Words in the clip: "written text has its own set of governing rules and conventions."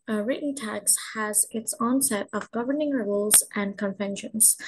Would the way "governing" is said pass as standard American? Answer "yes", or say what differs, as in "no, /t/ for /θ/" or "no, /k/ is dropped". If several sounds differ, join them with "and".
yes